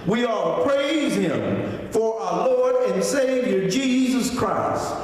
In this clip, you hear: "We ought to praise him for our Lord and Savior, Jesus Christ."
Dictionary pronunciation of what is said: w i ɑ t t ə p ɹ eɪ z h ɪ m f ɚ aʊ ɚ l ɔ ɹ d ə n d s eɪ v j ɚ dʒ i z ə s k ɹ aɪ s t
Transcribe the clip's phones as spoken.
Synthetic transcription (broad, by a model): w i ɑ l p ɹ eɪ z h ɪ m f ɚ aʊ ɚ l ɔ ɹ d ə n s eɪ v j ɚ dʒ i z ə s k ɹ aɪ s t